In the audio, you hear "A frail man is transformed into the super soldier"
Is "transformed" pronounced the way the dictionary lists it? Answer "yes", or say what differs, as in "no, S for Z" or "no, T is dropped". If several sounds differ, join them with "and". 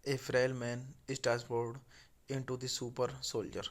no, R is dropped and N is dropped and M is dropped